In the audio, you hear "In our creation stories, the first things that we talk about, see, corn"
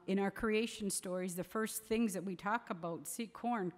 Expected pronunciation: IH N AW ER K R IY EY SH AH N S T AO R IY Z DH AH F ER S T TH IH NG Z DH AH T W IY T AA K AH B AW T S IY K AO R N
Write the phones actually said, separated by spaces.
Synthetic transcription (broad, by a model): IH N AW ER K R IY EY SH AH N S T AO R IY Z DH AH F ER S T TH IH NG Z DH AH T W IY T AA K AH B AW T S IY K AO R N